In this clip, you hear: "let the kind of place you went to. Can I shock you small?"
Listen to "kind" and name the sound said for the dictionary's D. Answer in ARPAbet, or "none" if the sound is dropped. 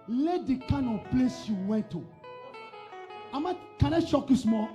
none